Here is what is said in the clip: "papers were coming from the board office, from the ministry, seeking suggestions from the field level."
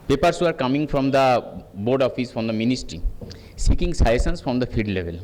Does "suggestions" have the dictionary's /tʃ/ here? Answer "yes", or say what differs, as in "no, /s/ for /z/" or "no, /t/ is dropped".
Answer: no, /tʃ/ is dropped